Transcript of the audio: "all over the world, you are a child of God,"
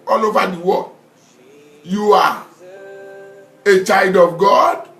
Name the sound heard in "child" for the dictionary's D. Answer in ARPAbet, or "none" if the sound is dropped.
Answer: D